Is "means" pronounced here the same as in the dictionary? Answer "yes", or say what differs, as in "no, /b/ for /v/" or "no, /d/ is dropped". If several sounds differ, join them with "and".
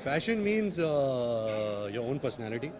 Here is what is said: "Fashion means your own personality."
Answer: yes